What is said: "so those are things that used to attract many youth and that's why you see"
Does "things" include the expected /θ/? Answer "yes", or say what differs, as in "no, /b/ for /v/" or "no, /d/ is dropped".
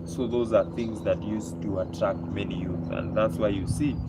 yes